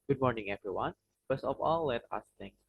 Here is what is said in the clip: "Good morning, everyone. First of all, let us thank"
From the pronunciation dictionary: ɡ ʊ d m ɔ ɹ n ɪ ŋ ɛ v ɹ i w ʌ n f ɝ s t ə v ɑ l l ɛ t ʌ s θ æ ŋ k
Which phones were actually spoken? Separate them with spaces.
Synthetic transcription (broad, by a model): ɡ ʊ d m ɔ ɹ n ɪ ŋ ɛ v ɹ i w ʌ n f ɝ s ə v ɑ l l ɛ t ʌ s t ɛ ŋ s